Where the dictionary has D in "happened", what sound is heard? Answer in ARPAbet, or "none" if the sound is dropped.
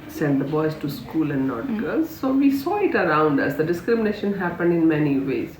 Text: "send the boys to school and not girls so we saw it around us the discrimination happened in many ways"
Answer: D